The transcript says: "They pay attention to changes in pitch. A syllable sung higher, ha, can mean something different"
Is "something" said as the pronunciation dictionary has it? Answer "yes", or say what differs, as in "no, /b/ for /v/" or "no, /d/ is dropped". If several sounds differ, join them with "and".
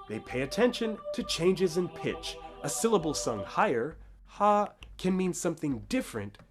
yes